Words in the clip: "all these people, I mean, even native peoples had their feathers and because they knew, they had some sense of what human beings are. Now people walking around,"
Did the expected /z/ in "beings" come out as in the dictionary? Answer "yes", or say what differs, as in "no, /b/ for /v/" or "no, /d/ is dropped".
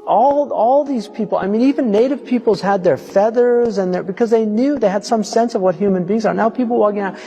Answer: yes